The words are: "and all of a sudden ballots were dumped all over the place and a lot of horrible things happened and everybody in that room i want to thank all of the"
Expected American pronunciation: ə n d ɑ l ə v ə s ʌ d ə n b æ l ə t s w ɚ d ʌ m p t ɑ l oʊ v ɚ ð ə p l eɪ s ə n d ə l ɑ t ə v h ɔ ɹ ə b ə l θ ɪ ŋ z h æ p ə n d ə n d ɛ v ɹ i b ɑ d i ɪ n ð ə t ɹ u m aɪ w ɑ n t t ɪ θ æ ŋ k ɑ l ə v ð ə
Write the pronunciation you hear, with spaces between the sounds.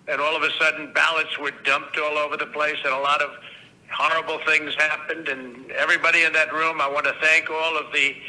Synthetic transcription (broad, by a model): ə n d ɑ l ə v ə s ʌ d n b æ l ə t s w ɚ d ʌ m p t ɑ l oʊ v ɚ ð ə p l eɪ s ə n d ə l ɑ t ə v h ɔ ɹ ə b l θ ɪ ŋ z h æ p ə n d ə n ɛ v ɹ i b ɑ d i ɪ n ð ə t ɹ u m aɪ w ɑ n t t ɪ θ æ ŋ k ɑ l ə v ð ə